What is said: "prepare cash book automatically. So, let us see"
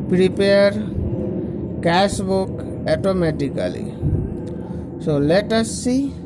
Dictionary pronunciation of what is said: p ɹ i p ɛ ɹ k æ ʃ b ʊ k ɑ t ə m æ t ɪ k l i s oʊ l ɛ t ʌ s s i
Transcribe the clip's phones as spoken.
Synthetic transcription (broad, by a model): p ɹ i p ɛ ɹ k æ s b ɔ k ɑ t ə m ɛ t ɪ k l i s oʊ l ɛ t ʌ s s i